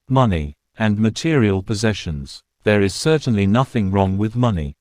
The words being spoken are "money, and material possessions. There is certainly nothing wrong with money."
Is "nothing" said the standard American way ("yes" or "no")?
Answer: yes